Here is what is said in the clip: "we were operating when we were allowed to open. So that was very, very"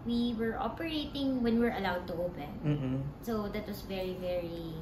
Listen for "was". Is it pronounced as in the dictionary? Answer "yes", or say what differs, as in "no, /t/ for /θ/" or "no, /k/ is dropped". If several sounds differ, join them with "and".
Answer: no, /s/ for /z/